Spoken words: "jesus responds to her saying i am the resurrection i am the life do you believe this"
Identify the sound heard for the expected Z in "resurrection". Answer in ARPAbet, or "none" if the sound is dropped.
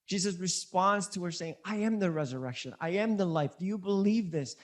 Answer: Z